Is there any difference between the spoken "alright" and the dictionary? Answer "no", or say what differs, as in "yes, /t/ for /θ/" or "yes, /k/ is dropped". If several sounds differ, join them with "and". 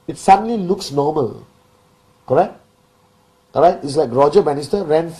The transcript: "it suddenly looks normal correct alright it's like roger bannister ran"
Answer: yes, /l/ is dropped